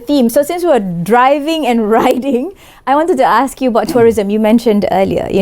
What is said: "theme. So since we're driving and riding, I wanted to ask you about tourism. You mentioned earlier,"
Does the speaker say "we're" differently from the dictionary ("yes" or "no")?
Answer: yes